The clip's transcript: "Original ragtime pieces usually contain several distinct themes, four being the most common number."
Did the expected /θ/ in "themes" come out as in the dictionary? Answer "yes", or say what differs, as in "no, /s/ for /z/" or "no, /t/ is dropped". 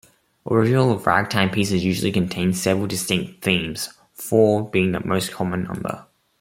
yes